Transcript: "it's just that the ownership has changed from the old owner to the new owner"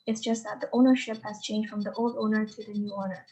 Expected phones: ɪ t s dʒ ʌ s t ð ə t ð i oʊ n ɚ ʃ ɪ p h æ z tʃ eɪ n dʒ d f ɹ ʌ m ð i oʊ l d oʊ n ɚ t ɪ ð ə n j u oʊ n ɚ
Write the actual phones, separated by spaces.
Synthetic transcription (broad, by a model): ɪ t s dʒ ʌ s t ð ə t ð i oʊ n ɚ ʃ ɪ p h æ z tʃ eɪ n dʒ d f ɹ ʌ m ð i oʊ l d oʊ n ɚ t ɪ ð ə n j u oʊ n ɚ